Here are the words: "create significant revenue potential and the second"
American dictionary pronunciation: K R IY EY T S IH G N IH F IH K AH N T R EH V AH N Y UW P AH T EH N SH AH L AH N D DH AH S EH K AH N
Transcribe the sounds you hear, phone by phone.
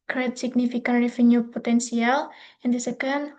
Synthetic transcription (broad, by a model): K R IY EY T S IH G N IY F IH K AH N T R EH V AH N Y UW P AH T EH N S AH L AH N D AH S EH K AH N